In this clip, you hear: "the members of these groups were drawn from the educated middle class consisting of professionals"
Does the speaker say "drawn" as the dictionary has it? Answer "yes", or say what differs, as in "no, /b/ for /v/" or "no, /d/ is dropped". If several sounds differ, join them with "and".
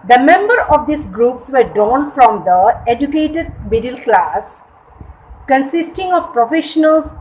no, /ɹ/ is dropped